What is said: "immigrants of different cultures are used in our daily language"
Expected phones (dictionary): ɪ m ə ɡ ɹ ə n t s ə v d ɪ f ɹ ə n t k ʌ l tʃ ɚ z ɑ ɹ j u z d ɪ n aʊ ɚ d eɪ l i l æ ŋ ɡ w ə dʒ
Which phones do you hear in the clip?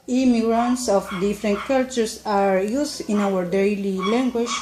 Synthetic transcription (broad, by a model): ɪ m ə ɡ ɹ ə n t s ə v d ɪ f ɹ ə n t k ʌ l tʃ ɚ s ɑ ɹ j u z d ɪ n aʊ ɚ d eɪ l i l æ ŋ ɡ w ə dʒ